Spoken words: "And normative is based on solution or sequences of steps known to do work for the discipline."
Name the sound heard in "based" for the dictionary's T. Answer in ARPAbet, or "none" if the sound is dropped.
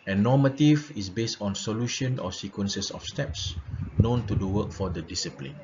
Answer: T